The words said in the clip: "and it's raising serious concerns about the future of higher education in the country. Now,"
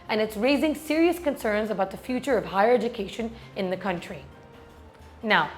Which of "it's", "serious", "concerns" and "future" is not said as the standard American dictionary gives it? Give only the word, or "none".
none